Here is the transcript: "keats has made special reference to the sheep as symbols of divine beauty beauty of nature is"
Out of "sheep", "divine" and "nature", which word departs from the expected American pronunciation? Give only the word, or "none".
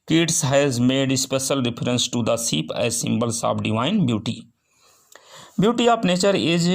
sheep